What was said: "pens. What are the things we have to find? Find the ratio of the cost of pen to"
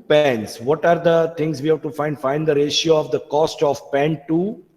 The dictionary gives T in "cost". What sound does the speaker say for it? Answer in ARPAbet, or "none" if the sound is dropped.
T